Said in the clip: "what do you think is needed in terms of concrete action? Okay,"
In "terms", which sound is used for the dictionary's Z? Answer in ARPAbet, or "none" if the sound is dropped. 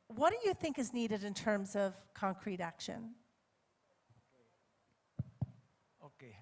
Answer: Z